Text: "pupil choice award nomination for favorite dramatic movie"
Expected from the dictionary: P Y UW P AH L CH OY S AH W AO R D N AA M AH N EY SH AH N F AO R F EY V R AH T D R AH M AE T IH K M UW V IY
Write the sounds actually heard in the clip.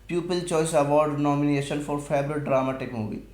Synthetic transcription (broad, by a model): P Y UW P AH L CH OY S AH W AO R D N AA M AH N EY SH AH N F AO R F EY B R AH T D R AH M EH T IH K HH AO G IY